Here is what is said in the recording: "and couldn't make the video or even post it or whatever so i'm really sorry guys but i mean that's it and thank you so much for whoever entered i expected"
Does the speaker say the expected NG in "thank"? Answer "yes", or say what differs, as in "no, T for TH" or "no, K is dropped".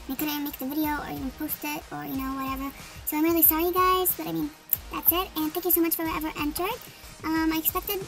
yes